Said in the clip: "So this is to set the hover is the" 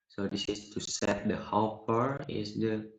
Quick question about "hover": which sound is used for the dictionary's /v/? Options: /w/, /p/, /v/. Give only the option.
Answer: /p/